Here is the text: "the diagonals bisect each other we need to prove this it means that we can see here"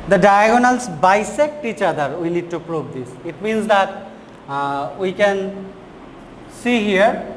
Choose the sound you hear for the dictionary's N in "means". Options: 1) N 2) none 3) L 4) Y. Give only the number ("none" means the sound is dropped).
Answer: 1